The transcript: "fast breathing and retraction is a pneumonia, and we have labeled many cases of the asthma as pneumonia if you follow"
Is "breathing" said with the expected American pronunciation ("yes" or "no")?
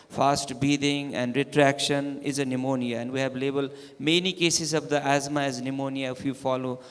no